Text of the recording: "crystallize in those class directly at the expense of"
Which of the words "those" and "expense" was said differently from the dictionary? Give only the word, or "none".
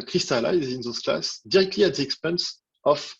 those